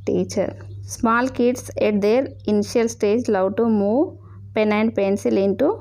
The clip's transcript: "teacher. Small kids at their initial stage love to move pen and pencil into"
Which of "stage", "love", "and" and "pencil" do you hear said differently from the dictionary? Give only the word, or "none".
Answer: love